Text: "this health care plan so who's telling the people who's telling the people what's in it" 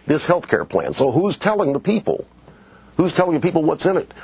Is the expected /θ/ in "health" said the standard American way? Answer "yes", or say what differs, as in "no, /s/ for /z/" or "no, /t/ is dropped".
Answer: yes